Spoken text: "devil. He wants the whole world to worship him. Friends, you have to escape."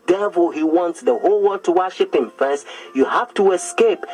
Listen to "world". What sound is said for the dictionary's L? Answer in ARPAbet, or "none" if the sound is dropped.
none